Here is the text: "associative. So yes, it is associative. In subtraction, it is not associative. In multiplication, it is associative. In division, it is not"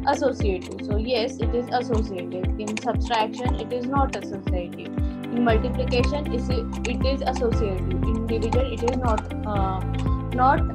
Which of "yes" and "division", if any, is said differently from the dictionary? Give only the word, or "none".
division